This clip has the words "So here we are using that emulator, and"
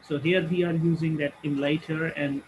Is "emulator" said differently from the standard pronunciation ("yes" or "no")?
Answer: yes